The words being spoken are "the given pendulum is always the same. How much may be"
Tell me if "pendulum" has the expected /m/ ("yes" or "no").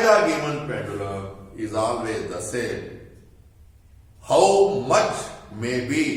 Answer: no